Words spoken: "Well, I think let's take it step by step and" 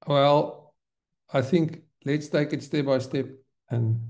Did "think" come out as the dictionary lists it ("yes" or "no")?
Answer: yes